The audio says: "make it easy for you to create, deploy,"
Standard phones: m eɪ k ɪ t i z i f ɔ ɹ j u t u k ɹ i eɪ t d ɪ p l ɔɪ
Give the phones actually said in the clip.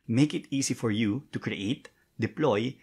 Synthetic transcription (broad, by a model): m eɪ k ɪ t i s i f ɔ ɹ j u t u k ɹ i eɪ t d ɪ p l ɔɪ